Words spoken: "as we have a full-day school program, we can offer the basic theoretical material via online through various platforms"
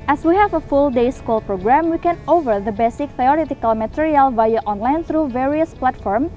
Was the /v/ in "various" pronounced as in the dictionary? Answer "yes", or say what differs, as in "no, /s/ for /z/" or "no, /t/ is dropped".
yes